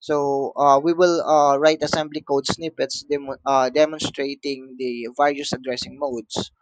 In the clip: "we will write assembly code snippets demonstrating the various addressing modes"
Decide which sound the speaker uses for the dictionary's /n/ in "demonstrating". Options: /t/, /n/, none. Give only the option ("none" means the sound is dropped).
/n/